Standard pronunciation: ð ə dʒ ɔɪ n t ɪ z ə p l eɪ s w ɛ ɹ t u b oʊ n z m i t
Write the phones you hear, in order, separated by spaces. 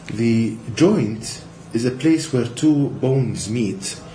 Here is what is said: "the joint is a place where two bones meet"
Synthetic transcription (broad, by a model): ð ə dʒ ɔɪ n t ɪ z ə p l eɪ s w ɛ ɹ t u b oʊ n z m i t